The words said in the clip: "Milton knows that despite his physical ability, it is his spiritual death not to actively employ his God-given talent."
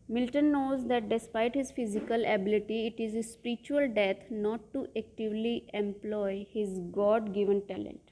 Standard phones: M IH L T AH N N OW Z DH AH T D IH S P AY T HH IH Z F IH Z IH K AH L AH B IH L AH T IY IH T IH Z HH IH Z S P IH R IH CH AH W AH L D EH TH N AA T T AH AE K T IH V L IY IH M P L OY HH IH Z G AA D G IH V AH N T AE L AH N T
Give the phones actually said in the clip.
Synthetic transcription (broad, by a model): M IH L T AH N N OW Z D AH T D IH S P AY T HH IH Z F IH Z IH K AH L AH B IH L AH T IY IH T IH Z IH S P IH R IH CH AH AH L D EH T N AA T T AH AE K T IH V L IY IH M P L OY HH IH Z G AA D G IH V AH N T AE L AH N T